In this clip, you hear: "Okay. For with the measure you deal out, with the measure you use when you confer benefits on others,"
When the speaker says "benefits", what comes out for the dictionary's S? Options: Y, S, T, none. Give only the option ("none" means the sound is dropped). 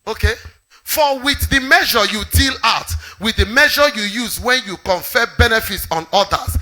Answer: S